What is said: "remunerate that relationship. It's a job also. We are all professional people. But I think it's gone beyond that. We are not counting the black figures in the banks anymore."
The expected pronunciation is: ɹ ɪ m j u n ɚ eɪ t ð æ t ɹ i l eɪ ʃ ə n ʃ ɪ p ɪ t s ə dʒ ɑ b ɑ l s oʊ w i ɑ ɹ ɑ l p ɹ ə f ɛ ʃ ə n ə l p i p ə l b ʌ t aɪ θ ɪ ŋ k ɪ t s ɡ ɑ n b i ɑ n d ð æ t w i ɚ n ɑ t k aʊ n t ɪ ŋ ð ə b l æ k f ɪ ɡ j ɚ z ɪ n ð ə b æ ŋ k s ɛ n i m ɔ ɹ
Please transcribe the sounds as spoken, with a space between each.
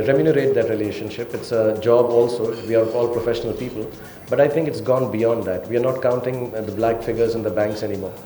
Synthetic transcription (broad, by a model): ɹ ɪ m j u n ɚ eɪ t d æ t ɹ i l eɪ ʃ ə n ʃ ɪ p ɪ t s ə dʒ ɑ b ɑ l s oʊ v i ɑ ɹ ɑ l p ɹ ə f ɛ ʃ ə n ə l p i p ə l b ʌ t aɪ t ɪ ŋ k ɪ t s ɡ ɑ n b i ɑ n d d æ t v i ɚ n ɑ t k aʊ n t ɪ ŋ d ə b l æ k f ɪ ɡ ɚ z ɪ n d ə b æ ŋ k s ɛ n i m ɔ ɹ